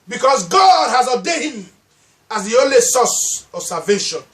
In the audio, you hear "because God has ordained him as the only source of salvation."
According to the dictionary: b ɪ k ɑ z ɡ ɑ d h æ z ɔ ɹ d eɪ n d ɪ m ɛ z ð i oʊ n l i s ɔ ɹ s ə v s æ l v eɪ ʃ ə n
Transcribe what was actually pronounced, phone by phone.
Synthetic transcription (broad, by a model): b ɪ k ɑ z ɡ ɑ d h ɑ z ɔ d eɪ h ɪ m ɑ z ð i oʊ n l i s ɔ s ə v s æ v eɪ ʃ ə n